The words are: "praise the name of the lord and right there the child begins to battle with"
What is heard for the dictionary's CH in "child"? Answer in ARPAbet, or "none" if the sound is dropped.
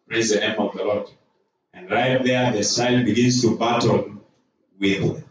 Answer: S